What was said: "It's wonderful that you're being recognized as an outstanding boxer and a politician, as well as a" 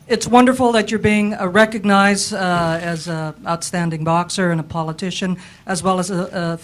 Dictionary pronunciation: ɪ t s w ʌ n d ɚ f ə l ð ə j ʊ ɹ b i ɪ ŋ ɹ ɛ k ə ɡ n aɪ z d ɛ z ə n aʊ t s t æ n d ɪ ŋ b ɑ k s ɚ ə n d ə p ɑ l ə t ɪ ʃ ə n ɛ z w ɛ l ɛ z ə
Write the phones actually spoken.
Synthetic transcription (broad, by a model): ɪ t s w ʌ n d ɚ f l ð ə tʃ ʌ ɹ b i ɪ ŋ ɹ ɛ k ə ɡ n aɪ z d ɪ z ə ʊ t s t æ n d ɪ ŋ b ɑ k s ɚ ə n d ə p ɑ l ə t ɪ ʃ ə n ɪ z w ɛ l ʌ z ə